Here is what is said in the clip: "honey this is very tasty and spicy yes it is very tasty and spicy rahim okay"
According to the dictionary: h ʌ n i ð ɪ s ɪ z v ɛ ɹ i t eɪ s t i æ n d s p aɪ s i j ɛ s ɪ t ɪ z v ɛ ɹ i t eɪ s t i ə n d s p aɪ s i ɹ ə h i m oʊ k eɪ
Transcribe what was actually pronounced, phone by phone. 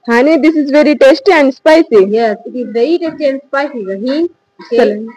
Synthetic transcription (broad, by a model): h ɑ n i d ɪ s ɪ z v ɛ ɹ i t eɪ s t i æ n d s p aɪ s i j ɛ s ɪ t ɪ z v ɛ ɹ i t eɪ s t i ə n d s p aɪ s i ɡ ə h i oʊ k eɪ